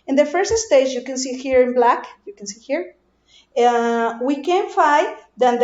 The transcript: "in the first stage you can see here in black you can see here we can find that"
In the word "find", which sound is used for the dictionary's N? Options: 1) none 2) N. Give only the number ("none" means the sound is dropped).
1